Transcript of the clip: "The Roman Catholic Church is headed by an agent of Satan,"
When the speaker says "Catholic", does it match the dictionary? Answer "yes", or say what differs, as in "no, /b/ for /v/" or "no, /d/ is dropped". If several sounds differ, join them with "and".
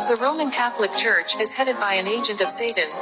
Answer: yes